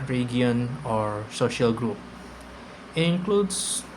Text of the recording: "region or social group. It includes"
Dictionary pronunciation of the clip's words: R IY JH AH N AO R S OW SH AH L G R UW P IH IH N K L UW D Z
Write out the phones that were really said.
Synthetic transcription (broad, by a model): R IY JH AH N AO R S OW SH AH L G R UW P IH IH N K L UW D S